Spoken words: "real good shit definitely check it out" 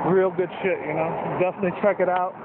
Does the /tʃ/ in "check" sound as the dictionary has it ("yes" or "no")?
yes